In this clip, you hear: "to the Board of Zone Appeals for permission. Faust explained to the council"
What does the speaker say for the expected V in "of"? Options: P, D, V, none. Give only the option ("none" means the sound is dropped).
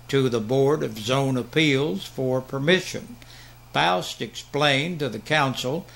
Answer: V